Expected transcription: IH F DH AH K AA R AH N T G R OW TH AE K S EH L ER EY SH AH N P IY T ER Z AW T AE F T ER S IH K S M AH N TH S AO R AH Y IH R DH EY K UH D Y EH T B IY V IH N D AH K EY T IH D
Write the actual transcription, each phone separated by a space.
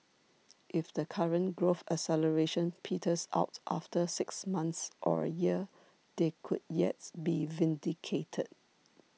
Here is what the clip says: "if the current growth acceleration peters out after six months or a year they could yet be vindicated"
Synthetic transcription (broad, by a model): IH F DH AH K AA R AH N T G R OW F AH S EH L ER EY SH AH N P IY T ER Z AW T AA F T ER S IH K S M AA N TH S AO R AH Y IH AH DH EY K UH D Y EH T B IY V IH N D AH K EY T IH D